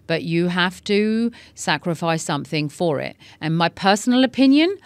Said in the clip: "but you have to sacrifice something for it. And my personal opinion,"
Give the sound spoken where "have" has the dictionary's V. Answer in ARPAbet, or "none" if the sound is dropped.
F